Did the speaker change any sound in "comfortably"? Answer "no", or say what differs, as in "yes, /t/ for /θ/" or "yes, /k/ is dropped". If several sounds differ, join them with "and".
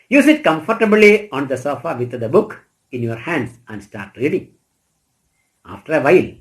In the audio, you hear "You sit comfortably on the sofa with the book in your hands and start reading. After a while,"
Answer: no